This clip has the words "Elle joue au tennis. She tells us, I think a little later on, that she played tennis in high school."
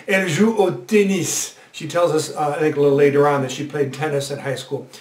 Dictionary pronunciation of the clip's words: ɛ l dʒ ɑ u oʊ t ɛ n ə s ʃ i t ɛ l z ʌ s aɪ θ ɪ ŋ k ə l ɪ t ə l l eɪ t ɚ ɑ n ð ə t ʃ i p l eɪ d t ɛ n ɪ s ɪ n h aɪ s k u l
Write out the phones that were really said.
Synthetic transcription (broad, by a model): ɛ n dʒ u oʊ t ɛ n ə s ʃ i t ɛ l z ʌ s aɪ θ ɪ ŋ k ə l ɪ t l l eɪ t ɚ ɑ n ð ə t ʃ i p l eɪ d t ɛ n ɪ s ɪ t h aɪ s k u l